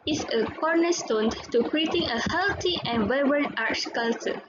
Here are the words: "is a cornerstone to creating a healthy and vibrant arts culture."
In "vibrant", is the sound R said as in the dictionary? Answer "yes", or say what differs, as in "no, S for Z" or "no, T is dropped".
no, R is dropped